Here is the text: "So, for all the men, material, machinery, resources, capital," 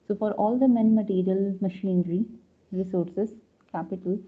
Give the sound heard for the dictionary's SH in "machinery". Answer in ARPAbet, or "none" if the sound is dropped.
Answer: SH